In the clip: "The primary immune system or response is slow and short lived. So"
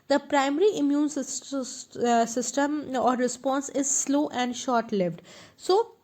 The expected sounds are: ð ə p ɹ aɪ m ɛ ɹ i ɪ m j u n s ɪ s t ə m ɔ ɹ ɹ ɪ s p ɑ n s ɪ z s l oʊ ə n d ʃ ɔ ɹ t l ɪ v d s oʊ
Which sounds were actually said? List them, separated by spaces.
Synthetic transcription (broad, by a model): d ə p ɹ aɪ m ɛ ɹ i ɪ m j u n s ɪ s t ə m ɔ ɹ ɹ ɪ s p ɑ n s ɪ z s l oʊ ə n d ʃ ɔ ɹ t l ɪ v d s oʊ